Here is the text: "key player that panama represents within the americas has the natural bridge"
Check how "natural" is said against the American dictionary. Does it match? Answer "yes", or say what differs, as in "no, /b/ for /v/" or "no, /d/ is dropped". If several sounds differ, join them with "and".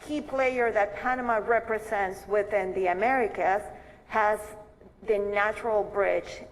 yes